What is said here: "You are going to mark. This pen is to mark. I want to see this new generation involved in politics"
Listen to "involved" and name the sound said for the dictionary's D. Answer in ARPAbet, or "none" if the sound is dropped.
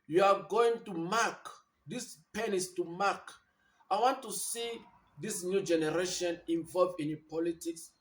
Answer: none